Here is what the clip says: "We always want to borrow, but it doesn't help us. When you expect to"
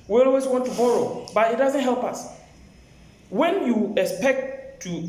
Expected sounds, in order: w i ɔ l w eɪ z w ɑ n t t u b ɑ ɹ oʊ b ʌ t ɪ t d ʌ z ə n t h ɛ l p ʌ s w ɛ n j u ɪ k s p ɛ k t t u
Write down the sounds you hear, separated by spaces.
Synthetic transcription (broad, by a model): w i ɔ l w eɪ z w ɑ n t t u b ɑ ɹ oʊ b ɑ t ɪ t d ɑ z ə n t h ɛ l p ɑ s w ɛ n j u ɪ k s p ɛ k t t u